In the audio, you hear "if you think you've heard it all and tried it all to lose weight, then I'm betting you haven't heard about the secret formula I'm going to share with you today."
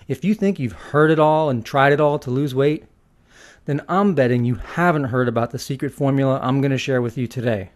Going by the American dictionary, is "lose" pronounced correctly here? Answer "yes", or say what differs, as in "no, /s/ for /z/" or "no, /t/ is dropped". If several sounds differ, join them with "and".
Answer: yes